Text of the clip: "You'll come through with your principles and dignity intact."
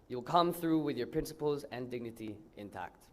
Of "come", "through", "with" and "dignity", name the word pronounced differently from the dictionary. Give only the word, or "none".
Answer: none